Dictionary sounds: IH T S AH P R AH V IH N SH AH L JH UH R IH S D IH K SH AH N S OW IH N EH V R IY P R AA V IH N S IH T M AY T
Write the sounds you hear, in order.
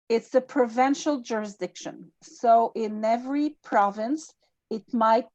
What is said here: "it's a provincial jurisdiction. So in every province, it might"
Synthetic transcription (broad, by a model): IH T S AH P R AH V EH N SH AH L JH UH R IH S D IH K SH AH N S OW IH N EH V R IY P R AA V IH N S IH T M AY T